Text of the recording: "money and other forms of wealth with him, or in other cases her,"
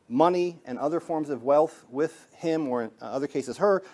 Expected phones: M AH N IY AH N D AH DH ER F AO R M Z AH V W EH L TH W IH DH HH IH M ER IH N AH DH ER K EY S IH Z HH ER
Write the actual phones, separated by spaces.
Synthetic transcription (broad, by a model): M AH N IY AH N AH DH ER F AO R M Z AH V W EH L TH W IH DH HH IH M ER IH N AH DH ER K EY S IH Z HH ER